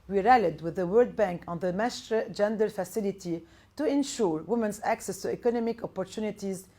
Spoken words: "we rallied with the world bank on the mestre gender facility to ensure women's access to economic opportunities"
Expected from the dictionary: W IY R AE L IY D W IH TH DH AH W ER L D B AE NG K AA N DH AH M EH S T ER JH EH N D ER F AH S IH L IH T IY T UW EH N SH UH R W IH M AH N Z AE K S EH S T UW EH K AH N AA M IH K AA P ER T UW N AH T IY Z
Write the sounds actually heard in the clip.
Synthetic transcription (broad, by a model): W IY R AE L IY D W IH DH AH W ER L D B AE NG K AA N DH AH M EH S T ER JH EH N D ER F AH S IH L IH T IY T UW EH N SH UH R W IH M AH N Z AE K S EH S T UW EH K AH N AA M IH K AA P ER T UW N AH T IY Z